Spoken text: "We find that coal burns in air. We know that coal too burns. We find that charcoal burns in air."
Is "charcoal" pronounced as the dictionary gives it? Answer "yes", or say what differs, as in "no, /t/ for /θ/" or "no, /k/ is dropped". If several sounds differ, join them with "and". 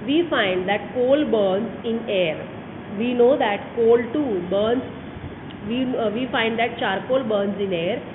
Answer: yes